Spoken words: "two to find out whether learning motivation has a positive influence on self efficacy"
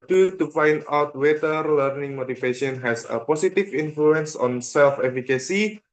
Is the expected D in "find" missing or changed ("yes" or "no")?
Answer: no